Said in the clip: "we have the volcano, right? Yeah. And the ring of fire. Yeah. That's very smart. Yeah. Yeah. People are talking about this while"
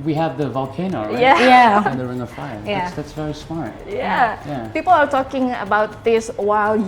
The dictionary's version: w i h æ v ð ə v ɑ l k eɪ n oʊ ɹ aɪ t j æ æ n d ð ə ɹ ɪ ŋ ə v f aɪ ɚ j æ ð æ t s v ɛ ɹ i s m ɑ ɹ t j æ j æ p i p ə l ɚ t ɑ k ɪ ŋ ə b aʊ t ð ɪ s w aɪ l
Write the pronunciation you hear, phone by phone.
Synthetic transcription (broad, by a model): w i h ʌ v ð ə v ɑ l k eɪ n oʊ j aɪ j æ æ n ð ə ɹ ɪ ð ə f aɪ ɚ j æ ð æ t s v ɛ ɹ i s m ɑ ɹ t j æ j æ p i p ə l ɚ t ɑ k ɪ ŋ ə b aʊ t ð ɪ s w aɪ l